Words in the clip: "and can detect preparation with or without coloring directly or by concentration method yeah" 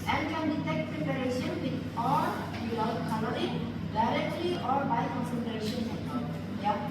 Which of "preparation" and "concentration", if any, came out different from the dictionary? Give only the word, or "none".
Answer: none